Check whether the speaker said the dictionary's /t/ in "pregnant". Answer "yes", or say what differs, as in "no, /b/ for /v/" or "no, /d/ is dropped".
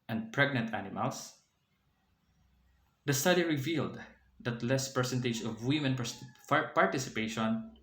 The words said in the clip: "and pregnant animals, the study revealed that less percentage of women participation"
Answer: yes